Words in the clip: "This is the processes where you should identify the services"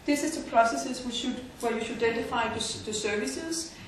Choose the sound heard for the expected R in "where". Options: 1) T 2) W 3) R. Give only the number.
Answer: 2